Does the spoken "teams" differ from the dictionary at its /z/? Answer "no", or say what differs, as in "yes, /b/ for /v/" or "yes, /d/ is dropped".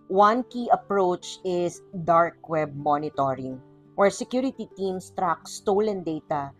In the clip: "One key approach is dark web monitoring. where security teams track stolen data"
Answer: yes, /s/ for /z/